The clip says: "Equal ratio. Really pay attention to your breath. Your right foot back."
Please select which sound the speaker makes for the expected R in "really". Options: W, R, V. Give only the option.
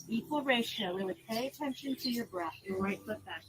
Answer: W